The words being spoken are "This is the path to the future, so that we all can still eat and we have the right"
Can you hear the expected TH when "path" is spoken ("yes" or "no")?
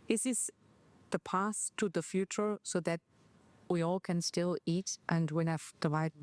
no